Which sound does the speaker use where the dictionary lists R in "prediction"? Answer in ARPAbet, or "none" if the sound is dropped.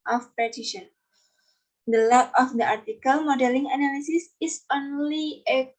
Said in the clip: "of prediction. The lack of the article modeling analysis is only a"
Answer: none